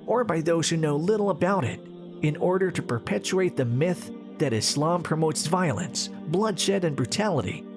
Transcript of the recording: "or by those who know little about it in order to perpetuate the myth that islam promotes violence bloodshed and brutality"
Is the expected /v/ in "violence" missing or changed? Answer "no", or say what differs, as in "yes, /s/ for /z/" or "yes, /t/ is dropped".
no